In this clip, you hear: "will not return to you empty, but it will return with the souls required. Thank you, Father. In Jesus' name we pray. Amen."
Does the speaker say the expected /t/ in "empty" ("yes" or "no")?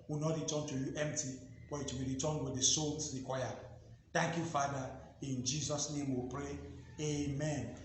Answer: yes